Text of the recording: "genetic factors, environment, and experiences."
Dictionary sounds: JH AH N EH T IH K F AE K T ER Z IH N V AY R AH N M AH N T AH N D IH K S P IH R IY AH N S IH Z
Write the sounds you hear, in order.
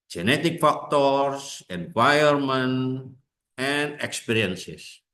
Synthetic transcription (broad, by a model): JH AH N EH T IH K F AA K T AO S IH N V AY AH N M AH N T AH N D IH K S P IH R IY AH N S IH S